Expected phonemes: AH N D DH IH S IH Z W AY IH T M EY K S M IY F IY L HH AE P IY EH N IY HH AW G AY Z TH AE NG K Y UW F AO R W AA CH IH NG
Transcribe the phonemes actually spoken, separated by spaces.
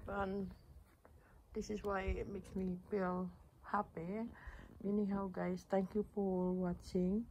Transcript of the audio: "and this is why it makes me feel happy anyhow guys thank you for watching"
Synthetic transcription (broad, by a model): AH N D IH S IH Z W AY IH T M EY K S M IY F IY L HH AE P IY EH N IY HH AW G AY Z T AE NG K Y UW P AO L W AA CH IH NG